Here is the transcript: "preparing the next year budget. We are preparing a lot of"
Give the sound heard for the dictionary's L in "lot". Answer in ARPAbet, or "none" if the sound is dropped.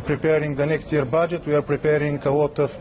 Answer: W